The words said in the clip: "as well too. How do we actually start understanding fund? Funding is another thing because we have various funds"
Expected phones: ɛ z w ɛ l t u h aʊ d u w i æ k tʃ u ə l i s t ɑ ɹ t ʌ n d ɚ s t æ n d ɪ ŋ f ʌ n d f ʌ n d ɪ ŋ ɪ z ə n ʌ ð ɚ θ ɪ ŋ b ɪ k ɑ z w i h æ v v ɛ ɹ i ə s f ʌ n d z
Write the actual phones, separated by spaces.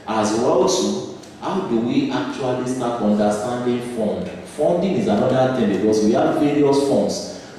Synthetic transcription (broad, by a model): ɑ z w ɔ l s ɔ h aʊ d u w i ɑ k tʃ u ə l i s t ɑ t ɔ n d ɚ s t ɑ n d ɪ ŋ f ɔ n d f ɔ n d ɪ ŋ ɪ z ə n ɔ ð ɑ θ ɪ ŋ b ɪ k ɑ s w i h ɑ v v ɛ ɹ i ə s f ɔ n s